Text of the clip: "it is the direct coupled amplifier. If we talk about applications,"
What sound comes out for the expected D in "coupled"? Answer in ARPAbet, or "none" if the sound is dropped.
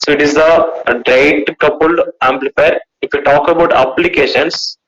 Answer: none